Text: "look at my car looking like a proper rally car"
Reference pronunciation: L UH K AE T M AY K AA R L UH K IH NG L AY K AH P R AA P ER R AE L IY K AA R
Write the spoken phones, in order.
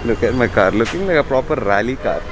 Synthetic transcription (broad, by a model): L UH K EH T M AY K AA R L UH K IH NG L AY K AH P R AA P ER R AE L IY K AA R